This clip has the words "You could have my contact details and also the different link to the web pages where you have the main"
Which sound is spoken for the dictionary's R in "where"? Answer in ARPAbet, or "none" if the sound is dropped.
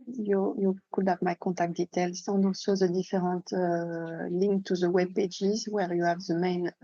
R